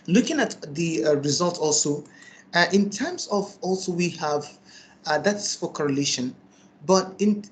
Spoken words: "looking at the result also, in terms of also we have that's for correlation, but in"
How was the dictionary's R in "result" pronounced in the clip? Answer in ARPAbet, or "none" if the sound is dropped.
R